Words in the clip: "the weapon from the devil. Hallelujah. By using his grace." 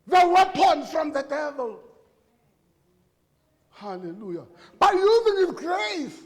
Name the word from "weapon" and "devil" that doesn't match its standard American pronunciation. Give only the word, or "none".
none